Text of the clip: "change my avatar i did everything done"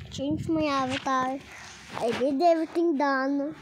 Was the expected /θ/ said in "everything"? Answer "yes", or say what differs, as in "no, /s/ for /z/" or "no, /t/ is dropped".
no, /t/ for /θ/